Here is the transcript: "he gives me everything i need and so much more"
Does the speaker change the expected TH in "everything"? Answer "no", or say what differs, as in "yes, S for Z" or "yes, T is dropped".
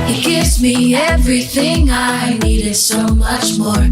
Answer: no